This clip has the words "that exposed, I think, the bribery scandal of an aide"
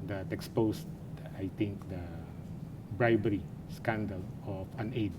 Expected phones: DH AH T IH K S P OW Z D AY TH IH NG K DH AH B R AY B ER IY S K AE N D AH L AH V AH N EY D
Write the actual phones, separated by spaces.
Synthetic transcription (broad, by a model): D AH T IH K S P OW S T AY T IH NG K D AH B R AY B ER IY S K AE N D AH L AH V AH N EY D